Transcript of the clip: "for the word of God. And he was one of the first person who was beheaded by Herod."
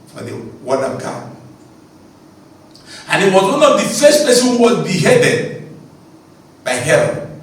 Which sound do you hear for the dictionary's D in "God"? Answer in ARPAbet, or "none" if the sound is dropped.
none